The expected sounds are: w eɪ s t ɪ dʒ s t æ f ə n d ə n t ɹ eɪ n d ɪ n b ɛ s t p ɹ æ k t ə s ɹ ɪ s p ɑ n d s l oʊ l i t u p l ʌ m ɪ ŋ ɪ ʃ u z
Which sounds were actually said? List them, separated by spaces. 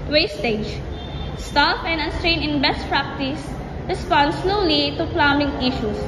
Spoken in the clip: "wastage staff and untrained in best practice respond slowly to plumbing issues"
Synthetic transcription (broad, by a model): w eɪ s t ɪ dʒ s t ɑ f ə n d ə n t ɹ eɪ n ɪ n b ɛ s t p ɹ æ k t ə s ɹ ɪ s p ɑ n d s l oʊ l i t u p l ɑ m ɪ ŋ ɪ ʃ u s